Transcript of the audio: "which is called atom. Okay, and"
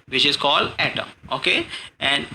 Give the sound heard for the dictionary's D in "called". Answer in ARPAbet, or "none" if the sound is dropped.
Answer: D